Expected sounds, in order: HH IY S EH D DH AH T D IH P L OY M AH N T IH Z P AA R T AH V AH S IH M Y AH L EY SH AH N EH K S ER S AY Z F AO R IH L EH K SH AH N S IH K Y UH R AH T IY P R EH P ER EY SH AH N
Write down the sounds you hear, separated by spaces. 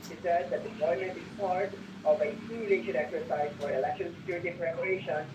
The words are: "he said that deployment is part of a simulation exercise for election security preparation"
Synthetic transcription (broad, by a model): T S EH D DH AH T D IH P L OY M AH N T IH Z P AA R T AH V AH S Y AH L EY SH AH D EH K S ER S AY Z F AO R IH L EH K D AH L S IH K Y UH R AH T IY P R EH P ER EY SH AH N